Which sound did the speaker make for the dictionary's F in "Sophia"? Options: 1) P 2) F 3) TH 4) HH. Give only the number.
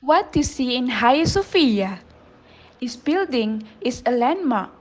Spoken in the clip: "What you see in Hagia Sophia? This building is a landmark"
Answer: 2